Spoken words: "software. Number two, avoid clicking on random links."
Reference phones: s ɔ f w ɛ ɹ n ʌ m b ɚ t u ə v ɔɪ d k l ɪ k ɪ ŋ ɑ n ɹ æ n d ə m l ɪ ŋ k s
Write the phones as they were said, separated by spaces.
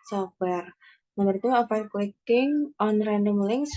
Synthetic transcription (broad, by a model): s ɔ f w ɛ ɹ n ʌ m ɚ t u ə f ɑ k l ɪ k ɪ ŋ ɑ n ɹ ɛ n d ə m l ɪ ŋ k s